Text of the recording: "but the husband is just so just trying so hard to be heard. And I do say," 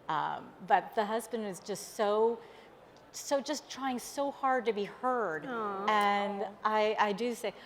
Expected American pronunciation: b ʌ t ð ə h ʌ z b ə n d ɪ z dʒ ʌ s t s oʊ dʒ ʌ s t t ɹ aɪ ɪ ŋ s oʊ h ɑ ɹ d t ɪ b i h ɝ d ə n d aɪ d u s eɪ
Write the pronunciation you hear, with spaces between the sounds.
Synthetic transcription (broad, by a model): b ʌ t ð ə h ʌ z b ə n d ɪ z dʒ ʌ s t s oʊ dʒ ʌ s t t ɹ aɪ ɪ ŋ s oʊ h ɑ ɹ d t ɪ b i h ɝ d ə n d aɪ d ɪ s eɪ